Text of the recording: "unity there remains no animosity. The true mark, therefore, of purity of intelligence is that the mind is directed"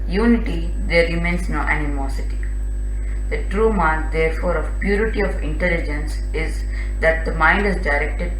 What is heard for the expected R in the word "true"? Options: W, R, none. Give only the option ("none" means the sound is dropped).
R